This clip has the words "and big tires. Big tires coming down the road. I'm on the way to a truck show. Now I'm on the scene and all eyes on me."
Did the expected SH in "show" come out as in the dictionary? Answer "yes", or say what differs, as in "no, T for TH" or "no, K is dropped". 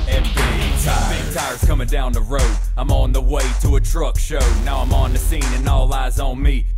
yes